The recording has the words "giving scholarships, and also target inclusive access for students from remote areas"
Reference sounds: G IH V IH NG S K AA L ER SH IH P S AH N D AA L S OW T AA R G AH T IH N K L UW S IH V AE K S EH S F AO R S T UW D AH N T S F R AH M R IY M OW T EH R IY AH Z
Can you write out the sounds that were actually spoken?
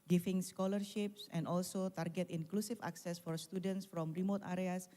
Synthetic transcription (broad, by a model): G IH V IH NG S K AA L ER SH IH P S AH N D AA L S OW T AA R G AH T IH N K L UW S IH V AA K S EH S F AO R S T UW D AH N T S F R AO M R IY M OW T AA R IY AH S